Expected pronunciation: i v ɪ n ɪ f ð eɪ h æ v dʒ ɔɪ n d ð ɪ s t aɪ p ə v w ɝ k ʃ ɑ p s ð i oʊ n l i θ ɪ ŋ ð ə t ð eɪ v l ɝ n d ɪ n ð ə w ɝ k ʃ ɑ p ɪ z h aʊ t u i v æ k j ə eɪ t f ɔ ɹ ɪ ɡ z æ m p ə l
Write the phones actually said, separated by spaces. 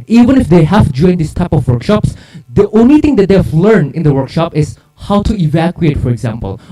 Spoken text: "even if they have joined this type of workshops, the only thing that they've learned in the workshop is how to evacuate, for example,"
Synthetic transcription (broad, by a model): i v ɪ n ɪ f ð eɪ h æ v dʒ ɔɪ n d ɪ s t aɪ p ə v w ɝ k ʃ ɑ p s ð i oʊ n l i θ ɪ ŋ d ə t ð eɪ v l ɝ n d ɪ n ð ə w ɝ k ʃ ɑ p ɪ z h aʊ t u i v æ k j ə eɪ t f ɔ ɹ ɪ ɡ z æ m p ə l